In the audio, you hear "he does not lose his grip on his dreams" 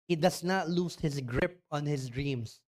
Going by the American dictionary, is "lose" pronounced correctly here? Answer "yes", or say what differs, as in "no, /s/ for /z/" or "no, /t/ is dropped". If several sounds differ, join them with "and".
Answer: no, /s/ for /z/